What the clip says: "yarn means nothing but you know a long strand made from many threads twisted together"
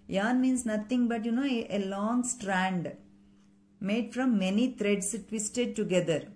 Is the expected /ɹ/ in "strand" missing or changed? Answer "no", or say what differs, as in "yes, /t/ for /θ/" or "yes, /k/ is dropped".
no